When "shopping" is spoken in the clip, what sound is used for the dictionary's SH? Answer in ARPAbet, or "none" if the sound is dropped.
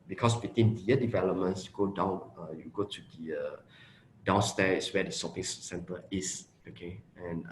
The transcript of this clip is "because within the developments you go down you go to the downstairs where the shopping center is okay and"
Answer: S